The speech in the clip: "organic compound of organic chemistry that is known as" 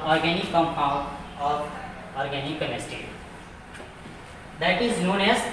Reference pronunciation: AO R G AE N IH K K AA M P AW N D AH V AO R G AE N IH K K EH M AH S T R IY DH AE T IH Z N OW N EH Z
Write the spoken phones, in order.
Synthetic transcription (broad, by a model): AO R G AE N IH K K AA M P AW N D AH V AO R G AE N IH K K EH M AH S T IY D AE T IH Z N OW N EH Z